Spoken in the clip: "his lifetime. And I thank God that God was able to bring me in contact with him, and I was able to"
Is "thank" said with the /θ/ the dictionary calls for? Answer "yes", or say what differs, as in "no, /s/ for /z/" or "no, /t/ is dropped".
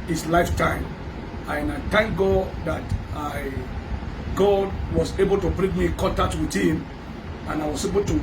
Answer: no, /t/ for /θ/